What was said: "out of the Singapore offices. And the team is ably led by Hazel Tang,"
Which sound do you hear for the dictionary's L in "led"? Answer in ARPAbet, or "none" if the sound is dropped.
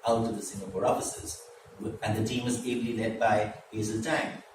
L